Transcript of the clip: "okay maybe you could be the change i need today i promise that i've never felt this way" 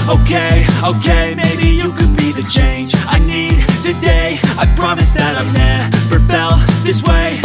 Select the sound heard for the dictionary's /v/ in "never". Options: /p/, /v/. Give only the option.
/p/